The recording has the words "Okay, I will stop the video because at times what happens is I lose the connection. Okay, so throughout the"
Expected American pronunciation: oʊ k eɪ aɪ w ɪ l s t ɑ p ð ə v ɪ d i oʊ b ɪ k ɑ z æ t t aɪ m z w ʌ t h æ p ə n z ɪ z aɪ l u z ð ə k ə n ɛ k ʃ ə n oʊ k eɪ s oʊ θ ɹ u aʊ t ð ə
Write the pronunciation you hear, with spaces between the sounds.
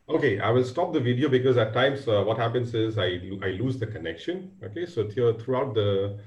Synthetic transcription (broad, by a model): oʊ k eɪ aɪ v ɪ l s t ɑ p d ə v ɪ d i oʊ b ɪ k ɑ z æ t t aɪ m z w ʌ t h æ p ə n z ɪ z aɪ l u z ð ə k ə n ɛ k ʃ ə n oʊ k eɪ s oʊ t ɹ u aʊ t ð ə